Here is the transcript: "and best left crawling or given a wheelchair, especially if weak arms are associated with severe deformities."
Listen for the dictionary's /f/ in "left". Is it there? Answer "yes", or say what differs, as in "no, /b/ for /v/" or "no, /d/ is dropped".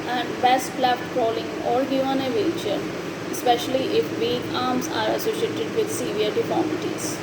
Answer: no, /f/ is dropped